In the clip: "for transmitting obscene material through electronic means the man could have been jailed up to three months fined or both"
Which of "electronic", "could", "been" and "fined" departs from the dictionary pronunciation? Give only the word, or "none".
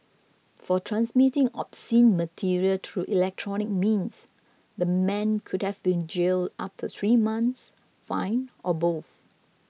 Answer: fined